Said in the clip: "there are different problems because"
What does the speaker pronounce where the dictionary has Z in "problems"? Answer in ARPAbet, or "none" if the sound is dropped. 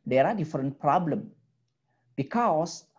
none